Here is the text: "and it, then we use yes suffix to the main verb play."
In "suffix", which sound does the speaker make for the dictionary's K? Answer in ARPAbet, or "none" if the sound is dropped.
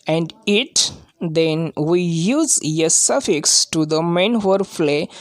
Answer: K